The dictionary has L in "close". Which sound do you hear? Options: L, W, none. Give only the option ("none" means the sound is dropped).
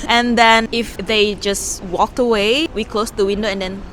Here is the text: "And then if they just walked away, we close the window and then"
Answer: L